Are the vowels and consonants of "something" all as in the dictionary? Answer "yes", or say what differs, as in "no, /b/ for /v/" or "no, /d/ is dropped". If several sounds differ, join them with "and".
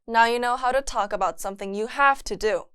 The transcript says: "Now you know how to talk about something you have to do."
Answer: yes